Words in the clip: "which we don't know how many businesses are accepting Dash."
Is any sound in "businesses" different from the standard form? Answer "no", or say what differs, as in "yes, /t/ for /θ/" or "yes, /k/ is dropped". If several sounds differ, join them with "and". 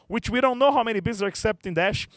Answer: yes, /n/ is dropped